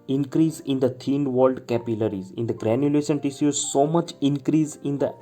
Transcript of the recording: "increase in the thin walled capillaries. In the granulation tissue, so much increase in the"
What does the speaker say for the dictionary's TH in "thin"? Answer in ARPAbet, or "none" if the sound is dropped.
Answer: T